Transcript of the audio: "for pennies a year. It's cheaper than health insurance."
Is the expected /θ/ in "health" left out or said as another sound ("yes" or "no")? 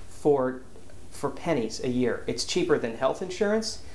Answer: no